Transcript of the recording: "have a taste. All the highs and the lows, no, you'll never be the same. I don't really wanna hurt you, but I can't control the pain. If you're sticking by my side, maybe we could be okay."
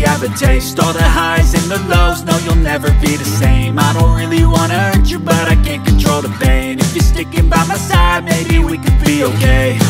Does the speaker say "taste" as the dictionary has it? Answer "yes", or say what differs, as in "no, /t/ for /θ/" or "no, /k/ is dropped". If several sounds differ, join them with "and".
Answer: yes